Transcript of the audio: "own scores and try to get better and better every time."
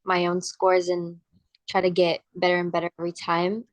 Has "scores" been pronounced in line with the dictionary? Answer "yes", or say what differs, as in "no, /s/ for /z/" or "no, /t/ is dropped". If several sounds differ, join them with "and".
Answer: yes